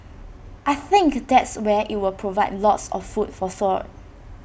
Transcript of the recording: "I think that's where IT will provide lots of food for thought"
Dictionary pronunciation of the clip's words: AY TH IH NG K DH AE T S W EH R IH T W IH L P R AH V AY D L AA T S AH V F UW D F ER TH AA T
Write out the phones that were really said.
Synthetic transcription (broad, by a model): AY TH IH NG K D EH T S W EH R IH T W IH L P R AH V AY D L AA T S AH F F UW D F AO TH AA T